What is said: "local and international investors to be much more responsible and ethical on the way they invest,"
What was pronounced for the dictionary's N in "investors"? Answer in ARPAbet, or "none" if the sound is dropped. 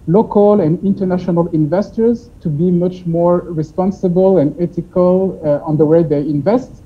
N